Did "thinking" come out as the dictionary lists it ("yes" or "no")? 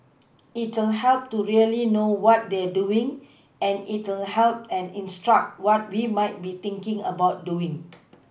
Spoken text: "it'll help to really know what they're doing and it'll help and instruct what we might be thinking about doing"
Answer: no